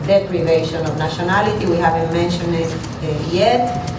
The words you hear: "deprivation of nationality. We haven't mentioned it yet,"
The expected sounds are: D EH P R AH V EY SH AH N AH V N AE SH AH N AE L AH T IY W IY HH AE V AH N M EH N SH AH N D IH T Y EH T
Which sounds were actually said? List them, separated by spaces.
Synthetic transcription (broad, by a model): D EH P R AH V EY SH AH N AH V N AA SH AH N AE L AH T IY W IY HH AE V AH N M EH N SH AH N IH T Y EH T